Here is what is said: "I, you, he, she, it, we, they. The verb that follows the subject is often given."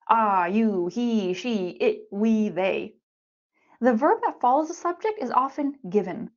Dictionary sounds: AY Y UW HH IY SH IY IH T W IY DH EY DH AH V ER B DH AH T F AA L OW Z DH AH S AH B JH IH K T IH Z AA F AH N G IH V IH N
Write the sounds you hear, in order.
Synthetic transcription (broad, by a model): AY Y UW HH IY SH IY IH T W IY DH EY DH AH V ER B DH AH T F AA L OW Z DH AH S AH B JH IH K T IH Z AA F AH N G IH V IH N